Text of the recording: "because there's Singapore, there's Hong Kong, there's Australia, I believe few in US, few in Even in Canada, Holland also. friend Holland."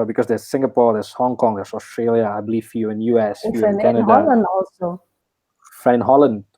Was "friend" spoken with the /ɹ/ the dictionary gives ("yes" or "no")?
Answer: no